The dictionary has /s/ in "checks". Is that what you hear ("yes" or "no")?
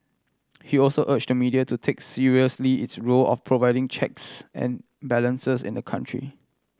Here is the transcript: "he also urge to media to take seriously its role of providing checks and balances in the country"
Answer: yes